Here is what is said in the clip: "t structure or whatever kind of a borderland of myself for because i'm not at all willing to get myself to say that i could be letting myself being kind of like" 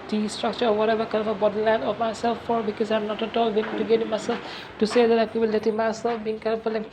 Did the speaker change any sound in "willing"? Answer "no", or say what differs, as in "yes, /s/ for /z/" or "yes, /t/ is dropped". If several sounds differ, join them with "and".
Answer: yes, /n/ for /l/